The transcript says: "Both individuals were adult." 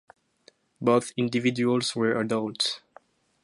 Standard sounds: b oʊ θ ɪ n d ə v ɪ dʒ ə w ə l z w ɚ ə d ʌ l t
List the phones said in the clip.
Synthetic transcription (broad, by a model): b oʊ θ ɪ n d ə v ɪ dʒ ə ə l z w ɚ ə d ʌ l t